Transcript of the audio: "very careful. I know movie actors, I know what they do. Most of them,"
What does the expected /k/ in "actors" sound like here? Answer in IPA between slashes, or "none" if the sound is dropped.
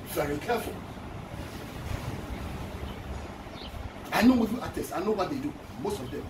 none